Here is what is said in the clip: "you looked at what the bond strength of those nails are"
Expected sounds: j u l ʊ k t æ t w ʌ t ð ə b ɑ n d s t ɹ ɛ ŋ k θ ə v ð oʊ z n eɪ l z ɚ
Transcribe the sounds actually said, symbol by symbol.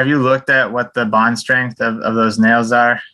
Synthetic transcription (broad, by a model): j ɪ l ʊ k t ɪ t w ʌ t ð ə b ɑ n d s t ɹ ɛ ŋ k θ ə v ð oʊ z n eɪ l z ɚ